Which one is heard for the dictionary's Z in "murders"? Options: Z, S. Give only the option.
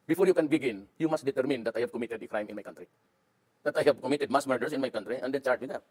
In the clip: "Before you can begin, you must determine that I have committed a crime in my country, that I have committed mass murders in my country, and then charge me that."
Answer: S